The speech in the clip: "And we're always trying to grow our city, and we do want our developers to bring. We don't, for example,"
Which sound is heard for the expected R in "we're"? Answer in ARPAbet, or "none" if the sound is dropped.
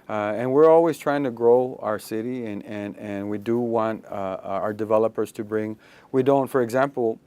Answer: R